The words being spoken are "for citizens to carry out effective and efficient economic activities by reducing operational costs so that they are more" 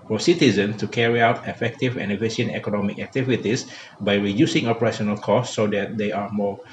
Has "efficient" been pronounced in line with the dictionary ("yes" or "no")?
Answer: no